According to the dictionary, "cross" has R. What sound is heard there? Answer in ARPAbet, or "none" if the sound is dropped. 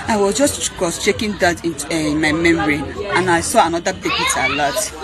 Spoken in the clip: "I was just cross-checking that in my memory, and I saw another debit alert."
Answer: none